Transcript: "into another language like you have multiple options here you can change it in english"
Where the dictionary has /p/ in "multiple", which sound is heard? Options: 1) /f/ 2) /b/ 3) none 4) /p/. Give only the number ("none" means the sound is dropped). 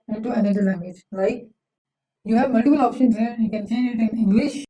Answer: 2